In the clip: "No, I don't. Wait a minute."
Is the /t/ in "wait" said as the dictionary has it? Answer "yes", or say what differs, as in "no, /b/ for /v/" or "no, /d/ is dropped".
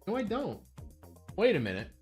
yes